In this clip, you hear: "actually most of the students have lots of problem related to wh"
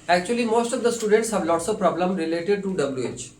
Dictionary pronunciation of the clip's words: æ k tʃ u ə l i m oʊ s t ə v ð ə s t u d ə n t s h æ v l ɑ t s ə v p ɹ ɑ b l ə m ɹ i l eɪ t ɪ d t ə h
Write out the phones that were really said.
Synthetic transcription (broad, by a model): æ k tʃ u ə l i m oʊ s t ə v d ə s t u d ə n t s h æ v l ɑ t s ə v p ɹ ɑ b l ə m ɹ i l eɪ t ɪ d t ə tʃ